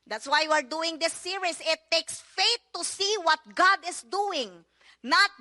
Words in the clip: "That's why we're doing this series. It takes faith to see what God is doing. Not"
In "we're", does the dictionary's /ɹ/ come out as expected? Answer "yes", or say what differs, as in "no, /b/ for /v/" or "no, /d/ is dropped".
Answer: yes